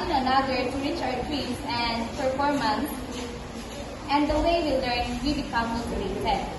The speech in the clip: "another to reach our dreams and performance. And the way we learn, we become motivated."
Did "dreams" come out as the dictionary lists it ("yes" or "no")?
no